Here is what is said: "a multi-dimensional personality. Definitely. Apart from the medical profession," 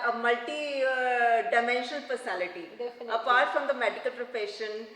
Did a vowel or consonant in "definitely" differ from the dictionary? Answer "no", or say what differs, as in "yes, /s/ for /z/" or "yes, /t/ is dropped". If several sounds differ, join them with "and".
yes, /l/ is dropped